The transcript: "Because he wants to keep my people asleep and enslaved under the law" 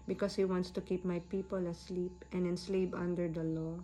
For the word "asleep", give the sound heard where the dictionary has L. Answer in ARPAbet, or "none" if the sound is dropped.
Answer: L